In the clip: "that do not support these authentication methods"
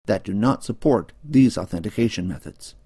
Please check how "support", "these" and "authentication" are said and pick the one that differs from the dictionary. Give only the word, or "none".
none